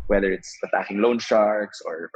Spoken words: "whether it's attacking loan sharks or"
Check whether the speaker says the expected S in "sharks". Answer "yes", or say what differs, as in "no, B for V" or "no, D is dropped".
yes